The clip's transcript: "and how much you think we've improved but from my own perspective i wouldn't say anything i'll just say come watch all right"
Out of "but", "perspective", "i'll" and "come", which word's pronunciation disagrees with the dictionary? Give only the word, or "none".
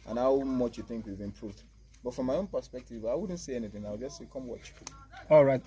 i'll